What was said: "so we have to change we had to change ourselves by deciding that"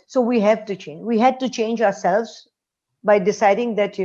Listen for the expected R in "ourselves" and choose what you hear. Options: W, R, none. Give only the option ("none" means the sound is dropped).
R